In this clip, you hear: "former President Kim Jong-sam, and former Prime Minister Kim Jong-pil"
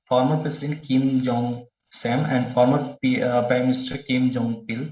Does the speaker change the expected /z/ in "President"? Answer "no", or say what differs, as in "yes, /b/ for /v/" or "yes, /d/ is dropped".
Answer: yes, /s/ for /z/